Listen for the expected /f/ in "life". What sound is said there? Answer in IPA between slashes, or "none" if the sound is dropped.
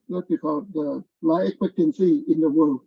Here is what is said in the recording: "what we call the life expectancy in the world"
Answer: none